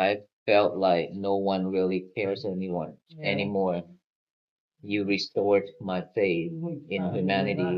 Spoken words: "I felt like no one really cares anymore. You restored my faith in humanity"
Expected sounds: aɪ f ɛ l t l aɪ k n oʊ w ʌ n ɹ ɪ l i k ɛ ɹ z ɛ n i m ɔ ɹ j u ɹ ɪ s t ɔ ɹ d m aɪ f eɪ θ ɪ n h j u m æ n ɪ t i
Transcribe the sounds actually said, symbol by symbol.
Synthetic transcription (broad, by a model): aɪ f ɛ l t l aɪ k n oʊ w ʌ n ɹ ɪ l i k ɛ ɹ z ɛ n i m ɔ ɹ j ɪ ɹ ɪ s t ɔ ɹ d m aɪ f eɪ θ ɪ n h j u m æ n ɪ t i